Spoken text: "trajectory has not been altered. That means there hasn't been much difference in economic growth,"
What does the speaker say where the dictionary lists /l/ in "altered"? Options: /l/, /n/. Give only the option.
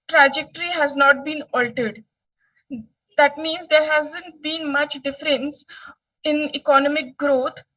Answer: /l/